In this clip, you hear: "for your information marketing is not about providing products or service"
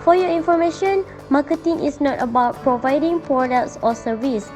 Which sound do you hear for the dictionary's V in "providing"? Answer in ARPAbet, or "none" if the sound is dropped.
V